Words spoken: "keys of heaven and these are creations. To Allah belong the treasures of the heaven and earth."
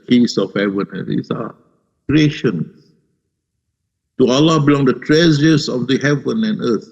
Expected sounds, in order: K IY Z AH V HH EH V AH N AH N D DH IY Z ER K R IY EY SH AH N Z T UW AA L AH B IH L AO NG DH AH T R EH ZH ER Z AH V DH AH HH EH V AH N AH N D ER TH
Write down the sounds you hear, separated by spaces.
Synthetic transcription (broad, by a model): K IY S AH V HH EH V AH N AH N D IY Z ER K R IY EY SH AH N S T UW AA L AH B IH L AO NG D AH T R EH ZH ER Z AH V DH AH HH EH V AH N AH N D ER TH